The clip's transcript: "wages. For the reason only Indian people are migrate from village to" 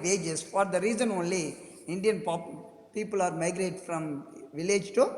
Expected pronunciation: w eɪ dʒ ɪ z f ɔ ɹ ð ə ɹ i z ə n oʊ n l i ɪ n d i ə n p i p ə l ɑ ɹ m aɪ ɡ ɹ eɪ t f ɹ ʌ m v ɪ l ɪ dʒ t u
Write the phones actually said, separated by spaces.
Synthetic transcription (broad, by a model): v eɪ dʒ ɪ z f ɔ ɹ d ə ɹ i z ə n oʊ n l i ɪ n d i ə n p i p ə l ɑ ɹ m aɪ ɡ ɹ eɪ t f ɹ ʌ m v ɪ l ɪ dʒ t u